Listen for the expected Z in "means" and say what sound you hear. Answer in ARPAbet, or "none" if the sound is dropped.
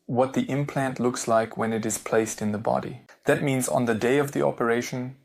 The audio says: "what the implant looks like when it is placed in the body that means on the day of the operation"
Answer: Z